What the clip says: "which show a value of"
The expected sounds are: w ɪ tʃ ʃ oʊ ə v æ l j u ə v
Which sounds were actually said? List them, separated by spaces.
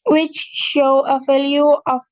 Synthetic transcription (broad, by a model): w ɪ tʃ ʃ oʊ ə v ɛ l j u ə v